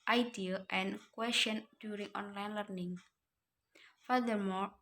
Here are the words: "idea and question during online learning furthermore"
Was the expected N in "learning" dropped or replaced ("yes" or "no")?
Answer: no